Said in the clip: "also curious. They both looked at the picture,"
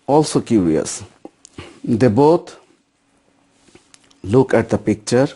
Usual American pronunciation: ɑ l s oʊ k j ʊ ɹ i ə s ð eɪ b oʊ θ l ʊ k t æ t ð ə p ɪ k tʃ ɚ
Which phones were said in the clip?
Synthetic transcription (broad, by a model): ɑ l s oʊ k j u ɹ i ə s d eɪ b oʊ t l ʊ k æ t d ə p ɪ k tʃ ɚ